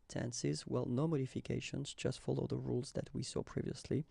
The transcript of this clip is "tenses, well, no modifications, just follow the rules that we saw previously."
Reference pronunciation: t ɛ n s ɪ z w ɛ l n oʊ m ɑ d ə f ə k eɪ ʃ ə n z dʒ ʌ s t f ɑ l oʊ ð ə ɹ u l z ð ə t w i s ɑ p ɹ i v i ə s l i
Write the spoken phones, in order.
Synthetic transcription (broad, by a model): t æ n s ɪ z w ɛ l n oʊ m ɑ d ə f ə k eɪ ʃ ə n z dʒ ʌ s t f ɑ l oʊ ð ə ɹ u l z ð ə t w i s ɑ p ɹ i v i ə s l i